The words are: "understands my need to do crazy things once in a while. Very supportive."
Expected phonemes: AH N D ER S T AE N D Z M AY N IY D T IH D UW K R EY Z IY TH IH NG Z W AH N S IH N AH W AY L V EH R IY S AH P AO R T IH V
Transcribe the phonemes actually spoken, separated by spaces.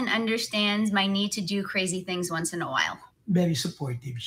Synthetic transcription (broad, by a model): AH N D ER S T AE N D Z M AY N IY D T IH D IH K R EY Z IY TH IH NG Z W AH N S IH N AH W AY L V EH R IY S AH P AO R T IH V